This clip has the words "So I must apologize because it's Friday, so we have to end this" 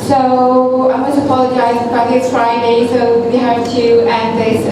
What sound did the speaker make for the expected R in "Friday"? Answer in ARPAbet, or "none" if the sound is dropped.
R